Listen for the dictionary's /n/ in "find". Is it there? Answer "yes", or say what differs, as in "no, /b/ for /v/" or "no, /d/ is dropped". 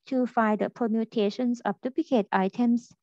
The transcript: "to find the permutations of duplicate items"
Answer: no, /n/ is dropped